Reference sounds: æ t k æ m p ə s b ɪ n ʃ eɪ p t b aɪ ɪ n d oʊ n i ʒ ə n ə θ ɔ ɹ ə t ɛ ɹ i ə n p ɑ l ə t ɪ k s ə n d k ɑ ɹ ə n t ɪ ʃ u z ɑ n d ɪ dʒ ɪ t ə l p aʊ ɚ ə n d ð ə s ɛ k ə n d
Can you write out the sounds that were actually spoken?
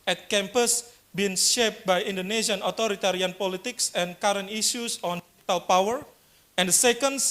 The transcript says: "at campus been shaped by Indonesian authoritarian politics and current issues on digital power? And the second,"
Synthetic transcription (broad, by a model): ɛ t k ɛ m p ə s b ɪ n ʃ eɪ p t b aɪ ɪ n d oʊ n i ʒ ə n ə t ɔ ɹ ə t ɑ ɹ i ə n p ɑ l ə t ɪ k s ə n k ɑ ɹ ə n t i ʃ u s ɑ n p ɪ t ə l p aʊ ɚ ə n d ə s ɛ k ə n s